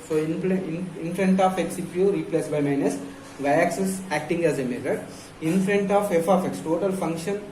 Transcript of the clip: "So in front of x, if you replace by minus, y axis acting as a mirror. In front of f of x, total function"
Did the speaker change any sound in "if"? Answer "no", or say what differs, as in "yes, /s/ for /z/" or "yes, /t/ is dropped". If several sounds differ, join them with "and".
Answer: yes, /p/ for /f/